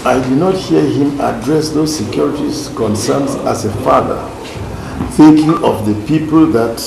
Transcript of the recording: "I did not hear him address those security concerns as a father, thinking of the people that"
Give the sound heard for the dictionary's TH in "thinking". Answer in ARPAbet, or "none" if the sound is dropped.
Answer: TH